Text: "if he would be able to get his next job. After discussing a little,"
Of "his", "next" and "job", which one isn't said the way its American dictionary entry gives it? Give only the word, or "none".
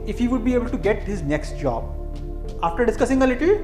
none